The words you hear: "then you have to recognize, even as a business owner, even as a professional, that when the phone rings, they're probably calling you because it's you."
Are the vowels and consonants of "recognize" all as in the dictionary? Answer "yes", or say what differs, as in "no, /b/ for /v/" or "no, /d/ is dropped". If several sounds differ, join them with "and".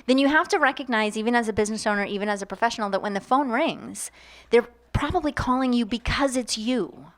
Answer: yes